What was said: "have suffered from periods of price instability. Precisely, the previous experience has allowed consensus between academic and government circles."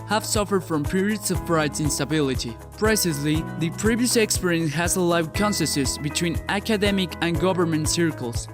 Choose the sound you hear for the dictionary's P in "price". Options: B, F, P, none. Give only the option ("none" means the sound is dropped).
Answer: F